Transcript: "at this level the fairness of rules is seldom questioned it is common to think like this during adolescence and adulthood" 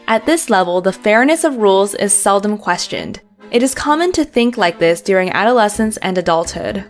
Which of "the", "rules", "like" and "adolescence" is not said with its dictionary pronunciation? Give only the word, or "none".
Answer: none